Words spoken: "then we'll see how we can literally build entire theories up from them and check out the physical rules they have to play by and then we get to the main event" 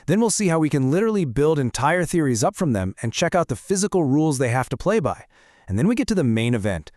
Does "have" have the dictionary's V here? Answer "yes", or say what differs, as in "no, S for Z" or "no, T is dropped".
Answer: no, F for V